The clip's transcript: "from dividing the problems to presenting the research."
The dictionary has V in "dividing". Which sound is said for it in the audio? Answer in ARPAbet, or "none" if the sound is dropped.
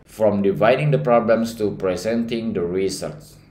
V